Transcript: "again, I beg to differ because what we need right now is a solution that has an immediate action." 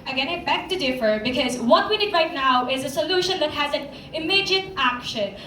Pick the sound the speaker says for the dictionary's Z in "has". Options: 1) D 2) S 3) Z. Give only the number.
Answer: 3